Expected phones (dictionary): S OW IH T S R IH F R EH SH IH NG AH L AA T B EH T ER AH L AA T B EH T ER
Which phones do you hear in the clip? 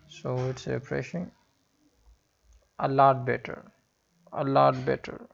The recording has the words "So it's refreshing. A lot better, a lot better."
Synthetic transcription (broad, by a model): S OW IH T S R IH P R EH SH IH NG AH L AA T B EH T ER AH L AA T B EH T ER